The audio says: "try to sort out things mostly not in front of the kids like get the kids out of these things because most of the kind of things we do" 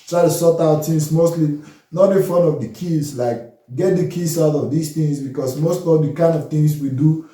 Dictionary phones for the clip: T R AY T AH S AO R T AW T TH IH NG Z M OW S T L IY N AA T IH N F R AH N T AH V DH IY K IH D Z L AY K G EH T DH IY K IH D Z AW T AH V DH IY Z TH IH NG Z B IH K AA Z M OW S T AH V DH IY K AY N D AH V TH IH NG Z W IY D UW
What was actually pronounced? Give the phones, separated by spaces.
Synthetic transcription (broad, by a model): T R AY T AH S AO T AW T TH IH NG S M OW S T L IY N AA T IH F AH N AH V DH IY K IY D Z L AY K G EH T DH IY K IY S AW T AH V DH IY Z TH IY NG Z B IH K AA S M OW S T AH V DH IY K AY N D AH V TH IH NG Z W IY D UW